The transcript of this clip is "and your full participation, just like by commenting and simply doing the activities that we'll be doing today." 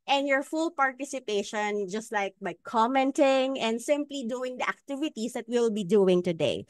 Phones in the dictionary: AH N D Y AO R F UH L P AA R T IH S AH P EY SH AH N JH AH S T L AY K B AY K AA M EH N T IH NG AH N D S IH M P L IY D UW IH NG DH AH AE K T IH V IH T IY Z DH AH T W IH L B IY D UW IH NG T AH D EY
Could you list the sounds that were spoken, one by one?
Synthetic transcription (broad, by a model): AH N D Y AO R F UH L P AA R T IH S AH P EY SH AH N JH AH S T L AY K B AY K AA M EH N T IH NG AH N D S IH M P L IY D UW IH NG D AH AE K T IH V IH T IY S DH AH T W IH L B IY D UW IH NG T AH D EY